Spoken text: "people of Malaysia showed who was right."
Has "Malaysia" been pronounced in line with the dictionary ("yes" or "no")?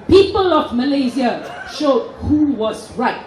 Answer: no